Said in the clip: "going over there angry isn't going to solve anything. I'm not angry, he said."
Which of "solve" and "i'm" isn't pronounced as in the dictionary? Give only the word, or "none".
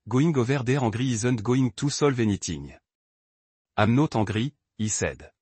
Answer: none